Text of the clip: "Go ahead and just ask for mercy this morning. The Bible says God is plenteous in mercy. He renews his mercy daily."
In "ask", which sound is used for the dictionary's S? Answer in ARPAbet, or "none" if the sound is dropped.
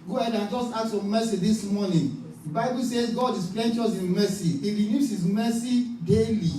none